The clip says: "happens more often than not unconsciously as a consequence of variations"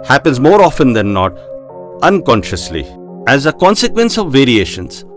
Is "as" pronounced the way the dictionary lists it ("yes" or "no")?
yes